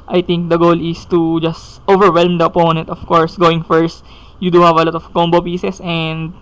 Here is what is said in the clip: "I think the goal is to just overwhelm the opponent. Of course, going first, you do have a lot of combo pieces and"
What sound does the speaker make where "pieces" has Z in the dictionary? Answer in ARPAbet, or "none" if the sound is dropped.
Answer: S